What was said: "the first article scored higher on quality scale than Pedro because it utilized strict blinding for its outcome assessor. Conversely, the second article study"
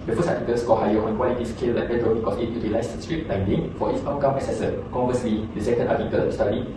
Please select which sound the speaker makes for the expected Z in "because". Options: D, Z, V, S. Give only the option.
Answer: S